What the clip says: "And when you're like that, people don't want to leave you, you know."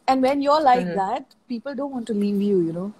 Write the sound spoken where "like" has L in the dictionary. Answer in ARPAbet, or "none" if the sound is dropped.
L